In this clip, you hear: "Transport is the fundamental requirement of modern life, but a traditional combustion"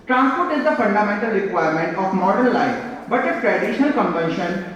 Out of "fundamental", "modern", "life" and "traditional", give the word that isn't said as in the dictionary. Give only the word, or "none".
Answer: none